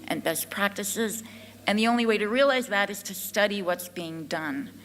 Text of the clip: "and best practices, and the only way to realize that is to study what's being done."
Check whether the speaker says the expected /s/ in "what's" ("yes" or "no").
yes